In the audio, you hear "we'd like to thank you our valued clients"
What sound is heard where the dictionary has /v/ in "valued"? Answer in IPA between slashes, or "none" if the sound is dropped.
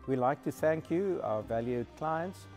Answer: /v/